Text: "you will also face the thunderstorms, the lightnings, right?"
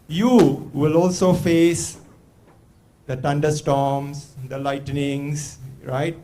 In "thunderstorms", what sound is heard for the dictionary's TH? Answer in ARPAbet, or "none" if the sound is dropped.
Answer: T